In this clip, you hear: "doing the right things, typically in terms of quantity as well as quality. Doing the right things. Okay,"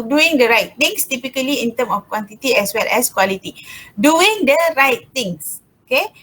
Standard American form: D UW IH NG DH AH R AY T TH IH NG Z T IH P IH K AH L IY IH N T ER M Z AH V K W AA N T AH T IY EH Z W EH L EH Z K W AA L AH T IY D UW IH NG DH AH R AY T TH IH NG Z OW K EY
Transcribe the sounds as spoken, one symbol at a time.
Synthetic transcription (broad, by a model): D UW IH NG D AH R AY T T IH NG S T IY P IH K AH L IY IH N T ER M AH F K W AA N T AH T IY EH S W EH L EH S K W AA L AH T IY D UW IH NG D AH R AY T T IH NG S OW K EY